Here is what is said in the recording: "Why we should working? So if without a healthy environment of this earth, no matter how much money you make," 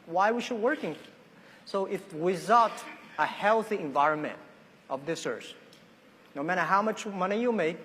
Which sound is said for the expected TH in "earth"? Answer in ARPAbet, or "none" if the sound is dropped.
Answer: S